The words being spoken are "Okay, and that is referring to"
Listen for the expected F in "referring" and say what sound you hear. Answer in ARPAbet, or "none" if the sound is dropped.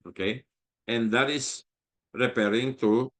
P